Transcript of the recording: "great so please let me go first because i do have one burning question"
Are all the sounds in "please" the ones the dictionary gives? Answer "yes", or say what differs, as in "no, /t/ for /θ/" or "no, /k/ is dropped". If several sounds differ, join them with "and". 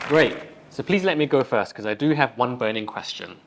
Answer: yes